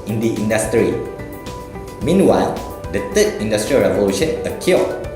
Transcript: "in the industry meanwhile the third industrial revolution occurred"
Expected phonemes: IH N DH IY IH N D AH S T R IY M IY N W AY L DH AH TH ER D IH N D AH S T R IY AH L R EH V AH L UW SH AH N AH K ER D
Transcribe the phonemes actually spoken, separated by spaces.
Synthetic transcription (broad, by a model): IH N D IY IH N D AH S T R IY M IY N W AY L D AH T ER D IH N D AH S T R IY R EH V AH L UW SH AH N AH K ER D